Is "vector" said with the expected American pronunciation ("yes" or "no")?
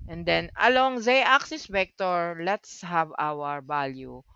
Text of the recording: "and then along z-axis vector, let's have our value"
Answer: no